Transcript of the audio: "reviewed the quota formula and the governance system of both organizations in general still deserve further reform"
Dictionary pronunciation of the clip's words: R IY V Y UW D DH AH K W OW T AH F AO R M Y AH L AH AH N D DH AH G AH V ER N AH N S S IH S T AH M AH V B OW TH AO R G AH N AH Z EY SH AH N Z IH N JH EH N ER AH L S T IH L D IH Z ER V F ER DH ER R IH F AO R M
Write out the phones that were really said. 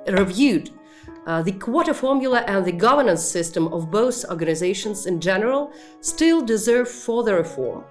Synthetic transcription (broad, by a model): R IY V Y UW D DH AH K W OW T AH F AO R M Y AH L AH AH N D DH AH G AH V ER N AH N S S IH S T AH M AH V B OW TH AO R G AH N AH Z EY SH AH N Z IH N JH EH N ER AH L S T IH L D IH Z ER V F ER DH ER R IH F AO R M